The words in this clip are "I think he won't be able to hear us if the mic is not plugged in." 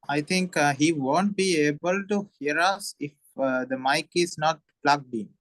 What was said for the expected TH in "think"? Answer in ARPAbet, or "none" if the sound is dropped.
T